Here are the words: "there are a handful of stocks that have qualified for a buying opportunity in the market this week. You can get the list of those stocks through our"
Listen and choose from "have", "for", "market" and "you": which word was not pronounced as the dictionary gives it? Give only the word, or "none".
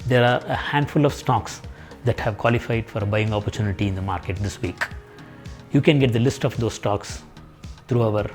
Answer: none